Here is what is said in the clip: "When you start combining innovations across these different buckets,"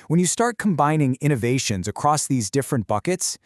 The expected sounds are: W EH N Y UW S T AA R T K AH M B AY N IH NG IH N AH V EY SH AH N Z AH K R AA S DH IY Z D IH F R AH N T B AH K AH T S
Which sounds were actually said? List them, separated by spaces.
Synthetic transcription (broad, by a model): W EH N Y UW S T AA R T K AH M B AY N IH NG IH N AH V EY SH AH N Z AH K R AA S DH IY Z D IH F R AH N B AH K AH T S